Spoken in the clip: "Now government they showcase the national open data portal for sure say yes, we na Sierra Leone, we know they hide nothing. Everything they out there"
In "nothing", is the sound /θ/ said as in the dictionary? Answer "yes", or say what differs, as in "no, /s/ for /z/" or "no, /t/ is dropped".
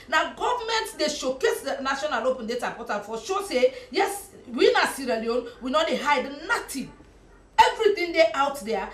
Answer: no, /t/ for /θ/